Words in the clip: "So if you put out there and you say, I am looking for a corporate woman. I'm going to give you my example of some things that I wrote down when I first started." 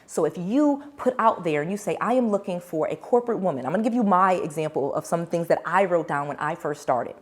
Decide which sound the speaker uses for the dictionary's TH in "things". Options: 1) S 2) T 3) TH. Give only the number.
3